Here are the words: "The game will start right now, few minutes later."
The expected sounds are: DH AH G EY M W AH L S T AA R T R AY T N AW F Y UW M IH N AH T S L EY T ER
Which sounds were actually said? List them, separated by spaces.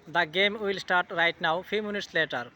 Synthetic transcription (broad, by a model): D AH G EY M W AH L S T AA R T R AY T N AW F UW M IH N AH T S L EY T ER